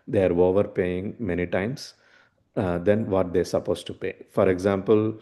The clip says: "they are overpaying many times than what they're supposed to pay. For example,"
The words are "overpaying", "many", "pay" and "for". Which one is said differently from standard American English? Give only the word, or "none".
none